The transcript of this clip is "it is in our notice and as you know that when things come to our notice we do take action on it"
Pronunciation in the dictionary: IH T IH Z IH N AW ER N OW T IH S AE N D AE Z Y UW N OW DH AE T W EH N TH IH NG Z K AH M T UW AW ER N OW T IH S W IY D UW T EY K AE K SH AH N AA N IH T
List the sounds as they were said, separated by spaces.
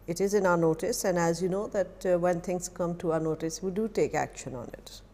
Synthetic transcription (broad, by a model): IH T IH Z IH N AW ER N OW T IH S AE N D AE Z Y UW N OW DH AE T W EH N T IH NG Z K AH M T UW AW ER N OW T IH S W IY D UW T EY K AE K SH AH N AA N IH T